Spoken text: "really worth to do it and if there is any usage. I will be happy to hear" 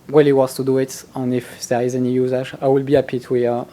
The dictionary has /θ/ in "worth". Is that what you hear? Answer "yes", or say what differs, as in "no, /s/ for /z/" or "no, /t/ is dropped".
no, /s/ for /θ/